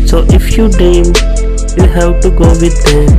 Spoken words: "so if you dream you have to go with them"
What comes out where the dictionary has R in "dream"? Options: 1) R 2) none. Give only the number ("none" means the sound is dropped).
2